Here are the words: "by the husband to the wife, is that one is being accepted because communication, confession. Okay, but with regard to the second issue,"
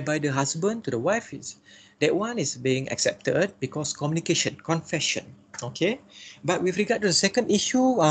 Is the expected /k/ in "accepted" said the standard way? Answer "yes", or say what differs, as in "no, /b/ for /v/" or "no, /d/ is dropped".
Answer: yes